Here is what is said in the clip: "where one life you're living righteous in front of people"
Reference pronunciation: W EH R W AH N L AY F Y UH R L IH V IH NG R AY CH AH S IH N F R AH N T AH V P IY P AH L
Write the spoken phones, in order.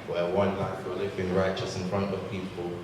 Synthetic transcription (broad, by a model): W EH W AH N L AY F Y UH L IH V IH NG R AY CH AH S IH N F R AH N T AH V P IY P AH L